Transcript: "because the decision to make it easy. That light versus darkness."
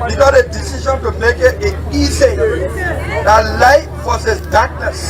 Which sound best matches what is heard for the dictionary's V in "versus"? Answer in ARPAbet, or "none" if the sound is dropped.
F